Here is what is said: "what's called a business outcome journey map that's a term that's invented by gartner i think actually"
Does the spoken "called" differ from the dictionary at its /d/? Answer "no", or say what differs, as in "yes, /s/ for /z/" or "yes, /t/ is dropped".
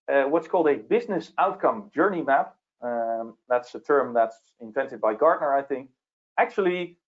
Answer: no